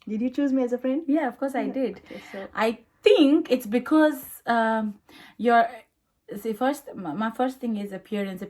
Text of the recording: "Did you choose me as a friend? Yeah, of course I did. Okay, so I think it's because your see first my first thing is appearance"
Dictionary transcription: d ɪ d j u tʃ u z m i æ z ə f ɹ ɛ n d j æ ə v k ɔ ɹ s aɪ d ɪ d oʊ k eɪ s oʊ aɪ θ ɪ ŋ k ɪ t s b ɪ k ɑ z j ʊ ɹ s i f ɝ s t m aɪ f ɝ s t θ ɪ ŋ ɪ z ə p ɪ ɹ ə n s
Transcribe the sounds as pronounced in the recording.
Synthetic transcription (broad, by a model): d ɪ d j u tʃ u z m i æ z ə f ɹ ɛ n d j æ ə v k ɔ ɹ s aɪ d ɪ d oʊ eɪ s aɪ t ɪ ŋ k ɪ t s b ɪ k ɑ z j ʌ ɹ s i f ɝ s t m aɪ f ɝ s t t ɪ ŋ ɪ z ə p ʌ ɹ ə n s